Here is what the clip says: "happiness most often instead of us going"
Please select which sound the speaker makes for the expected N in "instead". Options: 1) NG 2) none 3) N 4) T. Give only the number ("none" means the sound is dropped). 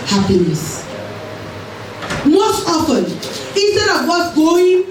3